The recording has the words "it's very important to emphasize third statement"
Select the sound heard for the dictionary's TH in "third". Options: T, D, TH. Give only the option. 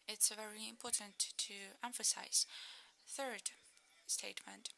TH